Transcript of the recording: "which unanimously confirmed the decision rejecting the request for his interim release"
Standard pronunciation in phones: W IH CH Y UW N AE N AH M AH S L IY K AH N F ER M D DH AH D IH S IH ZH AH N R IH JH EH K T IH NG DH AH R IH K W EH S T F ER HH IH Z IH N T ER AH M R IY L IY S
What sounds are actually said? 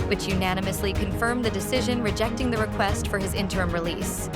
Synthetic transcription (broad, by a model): W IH CH Y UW N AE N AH M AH S L IY K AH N F ER M DH AH D IH S IH ZH AH N R IH JH EH K T IH NG DH AH R IH K W EH S T F ER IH Z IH N T ER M R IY L IY S